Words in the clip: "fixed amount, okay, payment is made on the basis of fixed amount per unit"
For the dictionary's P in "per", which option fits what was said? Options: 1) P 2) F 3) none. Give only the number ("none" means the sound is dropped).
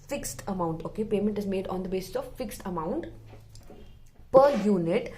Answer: 1